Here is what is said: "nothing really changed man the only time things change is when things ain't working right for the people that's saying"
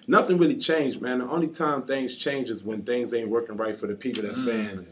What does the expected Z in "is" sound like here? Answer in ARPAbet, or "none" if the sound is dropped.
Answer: Z